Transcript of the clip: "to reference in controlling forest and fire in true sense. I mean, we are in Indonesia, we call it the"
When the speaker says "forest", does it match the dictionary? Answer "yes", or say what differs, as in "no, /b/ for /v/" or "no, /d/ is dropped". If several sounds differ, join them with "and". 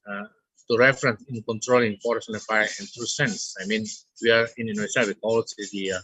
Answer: no, /t/ is dropped